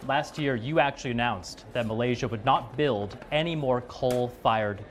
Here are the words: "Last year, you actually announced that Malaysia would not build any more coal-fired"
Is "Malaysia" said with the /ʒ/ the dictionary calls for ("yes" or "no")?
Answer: yes